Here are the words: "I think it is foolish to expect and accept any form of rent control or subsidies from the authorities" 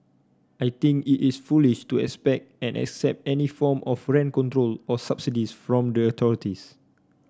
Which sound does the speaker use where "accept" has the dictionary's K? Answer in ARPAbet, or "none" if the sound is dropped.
K